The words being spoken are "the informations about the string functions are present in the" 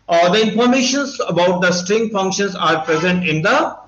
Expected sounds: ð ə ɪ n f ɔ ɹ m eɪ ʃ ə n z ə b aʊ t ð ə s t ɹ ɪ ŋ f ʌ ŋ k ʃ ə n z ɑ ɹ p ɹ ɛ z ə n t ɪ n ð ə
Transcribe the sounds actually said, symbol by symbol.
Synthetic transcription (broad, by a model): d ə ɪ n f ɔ ɹ m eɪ ʃ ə n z ə b aʊ t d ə s t ɹ ɪ ŋ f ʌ ŋ k ʃ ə n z ɑ ɹ p ɹ ɛ z ə n t ɪ n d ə